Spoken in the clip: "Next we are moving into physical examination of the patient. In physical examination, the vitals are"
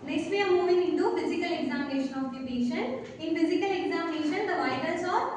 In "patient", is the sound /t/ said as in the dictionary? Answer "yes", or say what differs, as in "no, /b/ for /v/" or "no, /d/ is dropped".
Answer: no, /t/ is dropped